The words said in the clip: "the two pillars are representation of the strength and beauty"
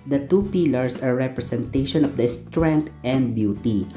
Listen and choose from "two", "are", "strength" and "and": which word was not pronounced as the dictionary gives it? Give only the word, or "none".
strength